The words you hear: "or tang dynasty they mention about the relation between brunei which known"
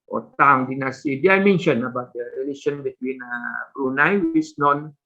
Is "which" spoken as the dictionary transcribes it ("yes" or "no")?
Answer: no